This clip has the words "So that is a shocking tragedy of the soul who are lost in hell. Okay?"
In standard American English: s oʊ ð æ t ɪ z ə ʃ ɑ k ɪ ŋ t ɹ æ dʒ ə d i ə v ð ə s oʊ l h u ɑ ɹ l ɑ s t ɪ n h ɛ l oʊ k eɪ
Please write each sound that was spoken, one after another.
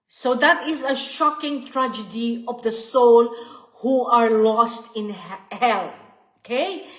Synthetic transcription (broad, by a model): s oʊ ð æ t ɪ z ə ʃ ɑ k ɪ ŋ t ɹ æ dʒ ə d i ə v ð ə s oʊ l h u ɑ ɹ l ɑ s t ɪ n h ɛ l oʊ k eɪ